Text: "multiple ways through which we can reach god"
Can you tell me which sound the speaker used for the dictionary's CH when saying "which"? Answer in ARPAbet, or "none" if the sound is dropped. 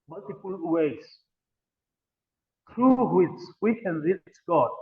S